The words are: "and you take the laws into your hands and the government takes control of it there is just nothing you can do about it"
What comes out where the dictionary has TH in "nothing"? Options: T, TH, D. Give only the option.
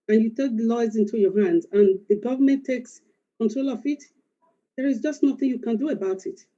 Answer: TH